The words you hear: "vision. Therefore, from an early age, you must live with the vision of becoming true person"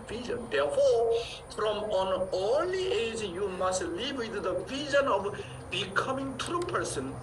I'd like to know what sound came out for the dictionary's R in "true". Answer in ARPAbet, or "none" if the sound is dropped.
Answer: R